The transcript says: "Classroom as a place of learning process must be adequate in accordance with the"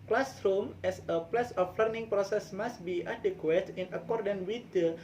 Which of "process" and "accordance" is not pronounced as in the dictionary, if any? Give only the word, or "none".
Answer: accordance